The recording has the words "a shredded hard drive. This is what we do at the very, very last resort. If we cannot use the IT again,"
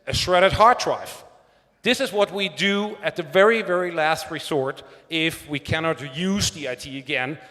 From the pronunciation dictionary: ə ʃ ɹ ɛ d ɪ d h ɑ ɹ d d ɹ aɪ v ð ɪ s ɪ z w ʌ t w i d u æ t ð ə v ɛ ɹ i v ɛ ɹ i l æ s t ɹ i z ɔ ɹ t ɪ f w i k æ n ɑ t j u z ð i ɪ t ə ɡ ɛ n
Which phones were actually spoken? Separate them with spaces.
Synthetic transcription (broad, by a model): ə ʃ ɹ ɛ d ɪ d h ɑ ɹ d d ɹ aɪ f ð ɪ s ɪ z w ʌ t w i d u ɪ t ð ə v ɛ ɹ i v ɛ ɹ i l æ s t ɹ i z ɔ ɹ t ɪ f w i k æ n ɑ t j u z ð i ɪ t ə ɡ ɛ n